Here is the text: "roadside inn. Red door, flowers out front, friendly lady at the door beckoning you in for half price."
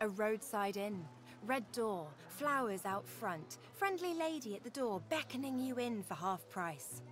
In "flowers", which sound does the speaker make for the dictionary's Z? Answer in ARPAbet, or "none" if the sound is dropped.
Z